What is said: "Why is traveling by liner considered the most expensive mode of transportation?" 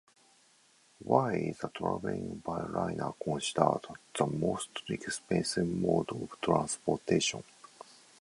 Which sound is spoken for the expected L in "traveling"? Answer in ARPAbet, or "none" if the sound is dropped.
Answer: none